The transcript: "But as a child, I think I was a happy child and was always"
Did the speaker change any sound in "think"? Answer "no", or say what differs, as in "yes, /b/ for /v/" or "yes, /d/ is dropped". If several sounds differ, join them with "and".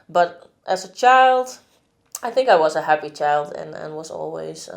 no